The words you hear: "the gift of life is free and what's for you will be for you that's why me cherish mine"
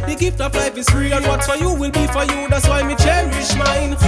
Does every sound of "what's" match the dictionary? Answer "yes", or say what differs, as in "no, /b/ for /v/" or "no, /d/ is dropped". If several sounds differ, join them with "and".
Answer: no, /s/ is dropped